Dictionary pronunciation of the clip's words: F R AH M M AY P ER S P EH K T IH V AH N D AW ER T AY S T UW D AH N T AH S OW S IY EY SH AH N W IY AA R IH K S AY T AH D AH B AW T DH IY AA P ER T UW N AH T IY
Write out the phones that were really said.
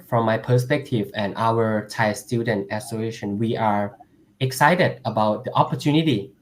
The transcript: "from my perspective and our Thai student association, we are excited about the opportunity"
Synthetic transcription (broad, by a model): F R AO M M AY P ER S P EH K T IH V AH N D AW ER T AY S T UW D AH N T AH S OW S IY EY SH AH N W IY AA R IH K S AY T AH D AH B AW T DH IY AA P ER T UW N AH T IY